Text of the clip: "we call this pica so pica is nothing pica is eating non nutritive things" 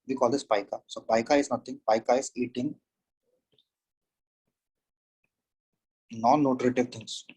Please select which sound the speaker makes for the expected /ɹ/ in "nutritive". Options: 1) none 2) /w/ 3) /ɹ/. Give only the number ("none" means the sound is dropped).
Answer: 3